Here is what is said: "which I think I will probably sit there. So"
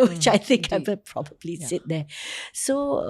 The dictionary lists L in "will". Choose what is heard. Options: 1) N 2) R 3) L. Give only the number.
1